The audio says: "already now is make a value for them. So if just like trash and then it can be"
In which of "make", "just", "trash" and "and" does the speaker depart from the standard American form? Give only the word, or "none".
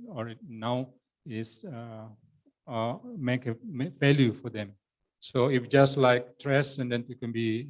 trash